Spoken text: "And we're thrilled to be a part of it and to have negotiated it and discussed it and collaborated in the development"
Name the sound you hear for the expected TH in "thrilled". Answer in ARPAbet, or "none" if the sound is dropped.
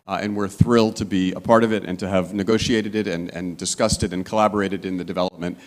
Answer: TH